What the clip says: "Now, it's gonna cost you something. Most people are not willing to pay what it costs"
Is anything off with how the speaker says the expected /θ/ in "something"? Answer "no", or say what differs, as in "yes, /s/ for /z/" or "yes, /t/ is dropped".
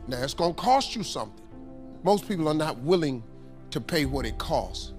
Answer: no